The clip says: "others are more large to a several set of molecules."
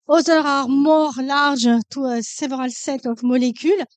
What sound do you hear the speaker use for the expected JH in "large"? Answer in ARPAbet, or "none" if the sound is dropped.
ZH